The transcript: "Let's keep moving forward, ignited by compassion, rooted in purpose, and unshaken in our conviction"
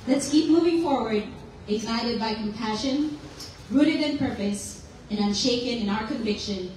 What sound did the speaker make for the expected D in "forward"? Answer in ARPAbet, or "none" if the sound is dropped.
D